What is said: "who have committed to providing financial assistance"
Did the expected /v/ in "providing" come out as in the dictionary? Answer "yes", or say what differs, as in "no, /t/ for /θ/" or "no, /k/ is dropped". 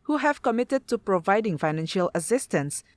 yes